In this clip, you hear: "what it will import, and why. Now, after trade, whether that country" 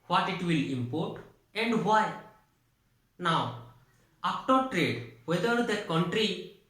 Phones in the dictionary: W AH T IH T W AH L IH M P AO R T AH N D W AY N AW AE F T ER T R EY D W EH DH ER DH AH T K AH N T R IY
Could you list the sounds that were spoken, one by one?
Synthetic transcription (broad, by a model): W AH T IH T W AH L IH M P AO R T AH N D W AY N AW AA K T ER T R EY D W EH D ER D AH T K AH N T R IY